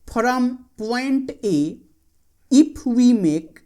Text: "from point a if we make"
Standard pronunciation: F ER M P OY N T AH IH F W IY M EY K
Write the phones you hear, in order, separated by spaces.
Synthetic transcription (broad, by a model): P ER M P OY N T AH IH P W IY M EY K